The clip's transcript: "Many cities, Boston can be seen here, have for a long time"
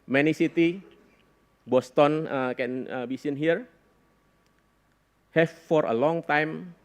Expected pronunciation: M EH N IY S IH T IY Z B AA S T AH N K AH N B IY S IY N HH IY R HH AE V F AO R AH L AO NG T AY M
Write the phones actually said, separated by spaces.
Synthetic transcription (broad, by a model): M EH N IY S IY T IY B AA S T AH N K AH N B IY S IY N HH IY R HH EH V F AO R AH L AO NG T AY M